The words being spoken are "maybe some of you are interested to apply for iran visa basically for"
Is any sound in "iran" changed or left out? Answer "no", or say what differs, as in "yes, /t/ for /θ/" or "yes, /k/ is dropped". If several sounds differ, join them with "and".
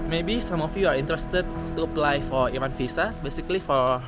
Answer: yes, /w/ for /ɹ/